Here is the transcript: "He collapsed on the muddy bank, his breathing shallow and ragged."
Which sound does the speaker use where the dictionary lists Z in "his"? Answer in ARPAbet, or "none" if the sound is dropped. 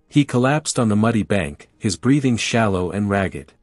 Z